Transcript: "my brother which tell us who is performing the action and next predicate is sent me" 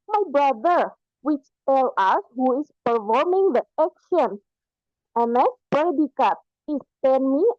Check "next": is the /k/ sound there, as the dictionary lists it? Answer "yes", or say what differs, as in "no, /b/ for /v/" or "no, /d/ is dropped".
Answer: no, /k/ is dropped